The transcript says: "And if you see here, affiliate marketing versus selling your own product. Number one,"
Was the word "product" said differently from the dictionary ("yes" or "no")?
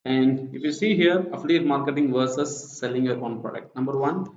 no